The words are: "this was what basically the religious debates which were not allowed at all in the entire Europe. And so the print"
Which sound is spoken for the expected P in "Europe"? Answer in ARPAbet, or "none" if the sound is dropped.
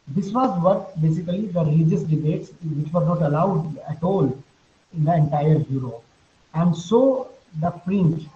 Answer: none